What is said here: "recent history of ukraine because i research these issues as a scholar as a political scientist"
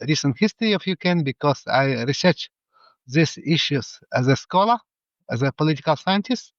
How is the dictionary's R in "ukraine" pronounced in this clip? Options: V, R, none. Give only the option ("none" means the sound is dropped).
none